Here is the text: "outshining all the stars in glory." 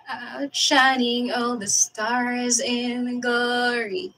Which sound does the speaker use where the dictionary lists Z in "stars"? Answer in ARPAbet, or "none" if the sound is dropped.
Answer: Z